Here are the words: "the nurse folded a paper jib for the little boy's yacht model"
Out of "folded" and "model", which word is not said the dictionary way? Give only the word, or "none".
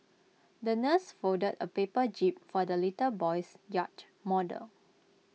folded